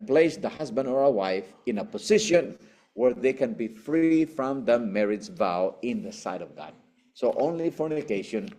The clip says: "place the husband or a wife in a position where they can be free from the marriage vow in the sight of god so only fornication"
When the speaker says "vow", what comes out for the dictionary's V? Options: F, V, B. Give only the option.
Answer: V